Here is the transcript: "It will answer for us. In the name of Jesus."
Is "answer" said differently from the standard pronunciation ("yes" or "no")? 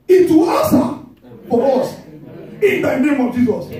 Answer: yes